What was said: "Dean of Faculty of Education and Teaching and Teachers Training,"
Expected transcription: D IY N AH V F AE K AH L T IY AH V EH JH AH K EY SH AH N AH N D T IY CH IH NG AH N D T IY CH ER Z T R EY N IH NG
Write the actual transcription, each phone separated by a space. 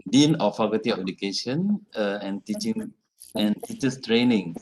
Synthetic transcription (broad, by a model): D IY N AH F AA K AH T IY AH F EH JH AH K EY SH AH N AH N T IY CH IH NG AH N T IY CH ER S T R EY N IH NG